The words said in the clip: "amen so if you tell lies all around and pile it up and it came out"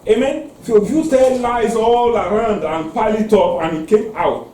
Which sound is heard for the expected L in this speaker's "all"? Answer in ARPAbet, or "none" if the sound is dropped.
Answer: L